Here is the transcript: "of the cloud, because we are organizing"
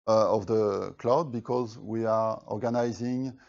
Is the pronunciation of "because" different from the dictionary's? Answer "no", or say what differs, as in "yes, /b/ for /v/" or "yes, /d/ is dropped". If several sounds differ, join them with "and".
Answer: no